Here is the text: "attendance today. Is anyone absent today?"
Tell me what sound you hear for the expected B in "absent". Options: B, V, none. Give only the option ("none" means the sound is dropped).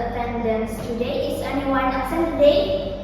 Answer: none